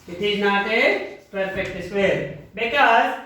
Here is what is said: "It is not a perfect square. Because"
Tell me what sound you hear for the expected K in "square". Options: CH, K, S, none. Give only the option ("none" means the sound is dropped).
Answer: none